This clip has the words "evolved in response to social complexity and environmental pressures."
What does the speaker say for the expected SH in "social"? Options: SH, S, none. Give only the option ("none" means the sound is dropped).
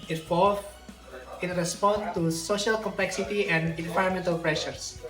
SH